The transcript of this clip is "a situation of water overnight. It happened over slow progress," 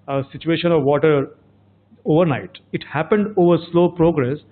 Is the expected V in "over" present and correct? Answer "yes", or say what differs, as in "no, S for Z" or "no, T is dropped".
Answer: yes